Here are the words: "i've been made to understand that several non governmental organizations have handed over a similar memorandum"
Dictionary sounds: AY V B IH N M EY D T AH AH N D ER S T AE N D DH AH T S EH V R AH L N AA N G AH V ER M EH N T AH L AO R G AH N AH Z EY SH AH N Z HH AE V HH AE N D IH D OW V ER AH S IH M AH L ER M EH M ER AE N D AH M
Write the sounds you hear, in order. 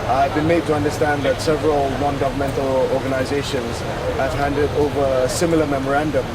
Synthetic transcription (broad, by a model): AY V B IH N M EY D T AH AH N D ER S T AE N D DH AH T S EH V R AH L N AA N G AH V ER M EH N T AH L AO R G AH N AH Z EY SH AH N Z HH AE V HH AE N D IH D OW V ER AH S IH M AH L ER M EH M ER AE N D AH M